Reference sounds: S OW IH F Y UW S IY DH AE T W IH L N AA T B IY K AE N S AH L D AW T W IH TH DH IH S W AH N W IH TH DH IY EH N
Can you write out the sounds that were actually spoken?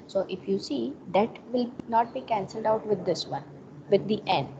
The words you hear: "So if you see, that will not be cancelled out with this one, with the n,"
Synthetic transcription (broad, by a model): S OW IH F Y UW S IY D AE T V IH L N AA T B IY K AE N S AH L D AW T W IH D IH S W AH N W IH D IY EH N